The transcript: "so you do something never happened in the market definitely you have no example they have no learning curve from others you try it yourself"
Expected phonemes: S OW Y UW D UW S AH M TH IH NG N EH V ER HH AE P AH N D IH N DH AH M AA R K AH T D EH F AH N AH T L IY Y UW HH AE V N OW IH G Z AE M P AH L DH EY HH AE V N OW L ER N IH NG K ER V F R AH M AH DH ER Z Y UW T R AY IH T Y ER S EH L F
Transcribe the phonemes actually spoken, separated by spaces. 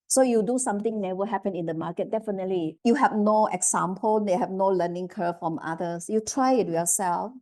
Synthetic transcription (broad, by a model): S OW Y UW D UW S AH M T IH NG N EH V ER HH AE P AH N IH N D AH M AA K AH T D EH F AH N AH T L IY Y UW HH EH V N OW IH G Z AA M P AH L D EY HH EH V N OW L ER N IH NG K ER F R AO M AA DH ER S Y UW T R AY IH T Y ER S EH L F